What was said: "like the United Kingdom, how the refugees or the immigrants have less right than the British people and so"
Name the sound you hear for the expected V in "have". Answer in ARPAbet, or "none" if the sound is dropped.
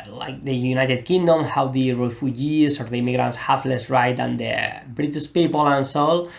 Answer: F